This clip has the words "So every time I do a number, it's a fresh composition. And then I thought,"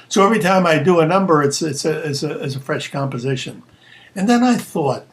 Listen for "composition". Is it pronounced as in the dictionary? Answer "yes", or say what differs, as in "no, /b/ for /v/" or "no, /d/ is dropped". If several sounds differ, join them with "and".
yes